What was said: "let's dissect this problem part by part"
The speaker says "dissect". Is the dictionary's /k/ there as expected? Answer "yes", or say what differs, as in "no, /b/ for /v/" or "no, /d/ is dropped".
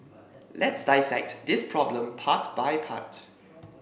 yes